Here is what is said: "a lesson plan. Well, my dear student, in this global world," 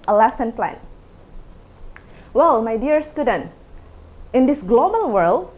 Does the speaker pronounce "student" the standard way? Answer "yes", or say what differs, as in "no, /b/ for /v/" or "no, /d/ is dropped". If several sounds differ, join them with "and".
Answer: yes